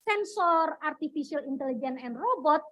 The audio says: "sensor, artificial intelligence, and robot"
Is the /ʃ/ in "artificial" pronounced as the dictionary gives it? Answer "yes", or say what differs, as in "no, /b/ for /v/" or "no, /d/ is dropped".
no, /s/ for /ʃ/